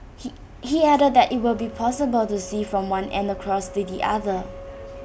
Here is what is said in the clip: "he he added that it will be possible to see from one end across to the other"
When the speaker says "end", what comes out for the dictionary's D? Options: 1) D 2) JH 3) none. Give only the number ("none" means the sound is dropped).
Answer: 1